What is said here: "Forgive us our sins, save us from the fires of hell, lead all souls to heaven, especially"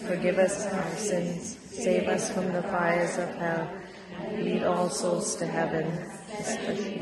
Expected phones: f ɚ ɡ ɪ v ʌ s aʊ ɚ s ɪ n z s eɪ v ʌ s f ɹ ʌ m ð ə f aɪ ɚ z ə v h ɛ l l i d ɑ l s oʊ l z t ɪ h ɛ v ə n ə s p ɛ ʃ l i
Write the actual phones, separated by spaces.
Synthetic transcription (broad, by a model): f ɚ ɡ ɪ v ʌ s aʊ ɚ s ɪ n z s eɪ v ʌ s f ɹ ʌ m ð ə f aɪ ɚ z ə v h ɛ l l i d ɑ l s oʊ l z t ɪ h ɛ v ə n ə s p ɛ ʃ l